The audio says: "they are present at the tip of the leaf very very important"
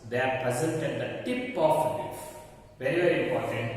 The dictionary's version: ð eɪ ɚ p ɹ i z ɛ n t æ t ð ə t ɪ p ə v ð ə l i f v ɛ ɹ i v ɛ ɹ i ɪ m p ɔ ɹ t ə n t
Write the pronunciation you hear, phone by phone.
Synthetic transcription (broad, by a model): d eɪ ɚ p ɹ i z ɛ n t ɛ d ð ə t ɪ p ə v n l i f v ɛ ɹ i v ɛ ɹ i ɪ m p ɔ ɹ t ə n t